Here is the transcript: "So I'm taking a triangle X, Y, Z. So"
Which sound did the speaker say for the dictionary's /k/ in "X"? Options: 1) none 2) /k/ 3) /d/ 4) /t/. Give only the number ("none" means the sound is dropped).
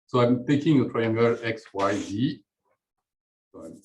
2